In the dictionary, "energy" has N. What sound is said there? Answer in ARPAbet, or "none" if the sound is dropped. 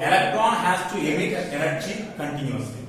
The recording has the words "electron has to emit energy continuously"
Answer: L